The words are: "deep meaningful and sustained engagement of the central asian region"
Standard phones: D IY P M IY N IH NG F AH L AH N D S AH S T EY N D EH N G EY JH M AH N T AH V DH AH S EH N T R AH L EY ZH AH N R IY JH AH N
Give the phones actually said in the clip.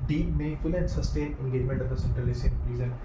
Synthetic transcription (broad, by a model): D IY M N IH F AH L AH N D S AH S T EY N EH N G EY JH M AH N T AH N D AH S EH N T R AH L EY S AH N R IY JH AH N